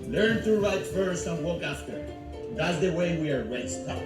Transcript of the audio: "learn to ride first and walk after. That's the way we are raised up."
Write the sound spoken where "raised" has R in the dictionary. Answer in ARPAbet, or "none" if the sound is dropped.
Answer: W